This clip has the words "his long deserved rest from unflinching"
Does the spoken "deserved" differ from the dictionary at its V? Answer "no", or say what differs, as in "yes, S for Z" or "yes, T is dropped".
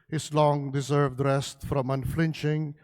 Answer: no